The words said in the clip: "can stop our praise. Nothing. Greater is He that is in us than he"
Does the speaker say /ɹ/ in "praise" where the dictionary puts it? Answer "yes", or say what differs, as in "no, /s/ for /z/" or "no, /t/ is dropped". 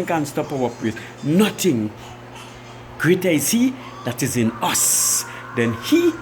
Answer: no, /w/ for /ɹ/